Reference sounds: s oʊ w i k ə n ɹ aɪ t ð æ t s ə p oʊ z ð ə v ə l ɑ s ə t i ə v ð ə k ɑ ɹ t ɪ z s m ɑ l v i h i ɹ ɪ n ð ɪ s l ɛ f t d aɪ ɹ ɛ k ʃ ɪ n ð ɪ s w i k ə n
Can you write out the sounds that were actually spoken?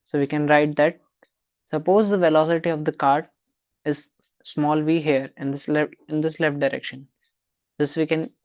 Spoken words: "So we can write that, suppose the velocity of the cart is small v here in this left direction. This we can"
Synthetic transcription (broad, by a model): s oʊ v i k ə n ɹ aɪ t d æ t s ə p oʊ z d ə v ə l ɑ s ə t i ə v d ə k ɑ ɹ t ɪ z s m ɑ l v i h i ɹ ɪ n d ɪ s l ɛ f t d aɪ ɹ ɛ k ʃ ɪ n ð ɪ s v i k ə n